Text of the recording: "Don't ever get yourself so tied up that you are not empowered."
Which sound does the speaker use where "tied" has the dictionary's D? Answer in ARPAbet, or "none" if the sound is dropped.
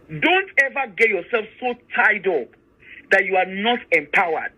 D